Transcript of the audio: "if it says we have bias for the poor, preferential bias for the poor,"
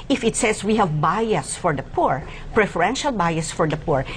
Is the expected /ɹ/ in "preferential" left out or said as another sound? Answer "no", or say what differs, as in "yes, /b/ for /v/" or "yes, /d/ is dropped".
no